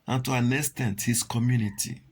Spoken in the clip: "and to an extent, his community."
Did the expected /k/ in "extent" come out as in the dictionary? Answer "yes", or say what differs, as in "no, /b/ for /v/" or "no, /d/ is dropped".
no, /k/ is dropped